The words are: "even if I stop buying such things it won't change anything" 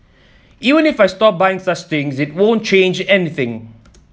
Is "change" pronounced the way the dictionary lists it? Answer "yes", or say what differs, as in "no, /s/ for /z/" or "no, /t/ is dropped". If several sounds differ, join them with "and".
yes